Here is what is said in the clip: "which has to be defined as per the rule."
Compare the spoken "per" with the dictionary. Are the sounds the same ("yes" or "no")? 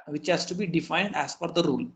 no